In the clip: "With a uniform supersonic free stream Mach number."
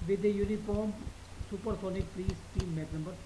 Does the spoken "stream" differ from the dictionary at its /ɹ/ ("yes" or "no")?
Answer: yes